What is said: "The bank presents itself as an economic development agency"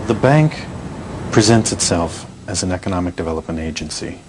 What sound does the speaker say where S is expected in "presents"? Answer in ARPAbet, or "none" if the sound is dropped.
S